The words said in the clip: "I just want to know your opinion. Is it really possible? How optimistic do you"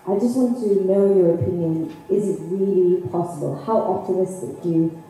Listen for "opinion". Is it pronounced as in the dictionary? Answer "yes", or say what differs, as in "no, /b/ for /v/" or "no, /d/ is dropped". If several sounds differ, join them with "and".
yes